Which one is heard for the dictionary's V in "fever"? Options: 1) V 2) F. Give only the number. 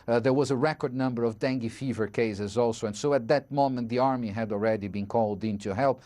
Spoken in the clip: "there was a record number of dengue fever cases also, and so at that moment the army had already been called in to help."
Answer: 1